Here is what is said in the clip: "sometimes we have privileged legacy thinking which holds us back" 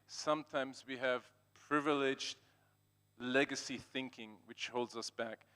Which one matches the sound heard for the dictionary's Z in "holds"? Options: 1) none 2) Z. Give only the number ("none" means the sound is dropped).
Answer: 2